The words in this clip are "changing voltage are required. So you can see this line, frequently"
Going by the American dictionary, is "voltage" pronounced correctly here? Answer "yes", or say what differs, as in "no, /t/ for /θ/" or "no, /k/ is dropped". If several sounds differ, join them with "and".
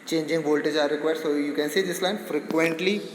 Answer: yes